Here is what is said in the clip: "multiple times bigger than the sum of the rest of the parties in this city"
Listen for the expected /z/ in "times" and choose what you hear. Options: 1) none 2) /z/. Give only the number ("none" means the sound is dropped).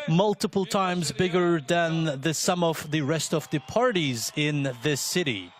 2